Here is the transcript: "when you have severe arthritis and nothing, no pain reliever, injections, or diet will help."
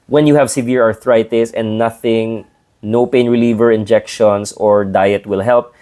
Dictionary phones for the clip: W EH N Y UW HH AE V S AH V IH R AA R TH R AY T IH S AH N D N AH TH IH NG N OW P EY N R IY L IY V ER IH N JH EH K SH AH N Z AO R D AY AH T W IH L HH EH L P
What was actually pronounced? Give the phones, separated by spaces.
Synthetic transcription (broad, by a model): W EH N Y UW HH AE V S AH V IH R AA R TH R AY T IH S AH N D N AH TH IH NG N OW P EY N R IY L IY V ER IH N JH EH K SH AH N S AO R D AY AH T W IH L HH EH L P